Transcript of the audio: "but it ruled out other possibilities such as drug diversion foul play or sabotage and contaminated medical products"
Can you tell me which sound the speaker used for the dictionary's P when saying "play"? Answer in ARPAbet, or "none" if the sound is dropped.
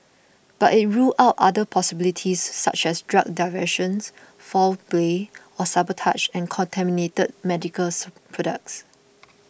B